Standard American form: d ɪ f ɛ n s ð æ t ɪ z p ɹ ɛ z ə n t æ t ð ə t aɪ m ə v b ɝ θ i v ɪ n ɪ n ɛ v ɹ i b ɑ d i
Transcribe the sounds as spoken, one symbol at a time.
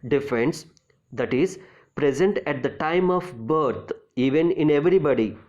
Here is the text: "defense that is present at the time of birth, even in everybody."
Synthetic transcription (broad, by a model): d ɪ f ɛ n s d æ t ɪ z p ɹ ɛ z ə n t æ t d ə t aɪ m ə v b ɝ t i v ɪ n ɪ n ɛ v ɹ i b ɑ d i